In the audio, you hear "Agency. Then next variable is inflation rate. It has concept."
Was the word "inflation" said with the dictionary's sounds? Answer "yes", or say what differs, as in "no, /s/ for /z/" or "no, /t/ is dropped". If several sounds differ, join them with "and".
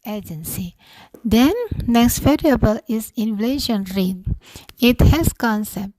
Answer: yes